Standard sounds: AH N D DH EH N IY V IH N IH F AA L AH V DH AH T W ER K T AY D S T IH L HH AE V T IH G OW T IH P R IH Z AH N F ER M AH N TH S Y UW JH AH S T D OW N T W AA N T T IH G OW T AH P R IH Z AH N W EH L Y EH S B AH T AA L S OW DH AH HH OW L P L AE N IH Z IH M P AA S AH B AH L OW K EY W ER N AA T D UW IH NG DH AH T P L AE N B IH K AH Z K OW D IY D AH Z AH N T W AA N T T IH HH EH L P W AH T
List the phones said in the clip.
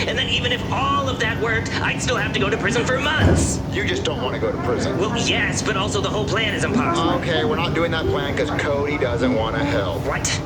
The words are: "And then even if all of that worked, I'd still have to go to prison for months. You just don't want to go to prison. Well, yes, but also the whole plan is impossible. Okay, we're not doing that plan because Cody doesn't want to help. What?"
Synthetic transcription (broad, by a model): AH N DH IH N IY V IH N IH F AA L AH V DH AH T W ER K T AY D S T IH L HH AE F T IH G OW T IH P R IH Z AH N F ER M AH N TH S Y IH JH AH S D OW N T W AA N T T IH G OW T AH P R IH Z AH N W EH L Y EH S B AH T AA L S OW DH AH HH OW L P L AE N IH Z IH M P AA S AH AH K EY W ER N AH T D UW IH NG DH AH T P L AE N K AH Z K OW D IY D AH Z AH N T W AA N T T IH HH EH L P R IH T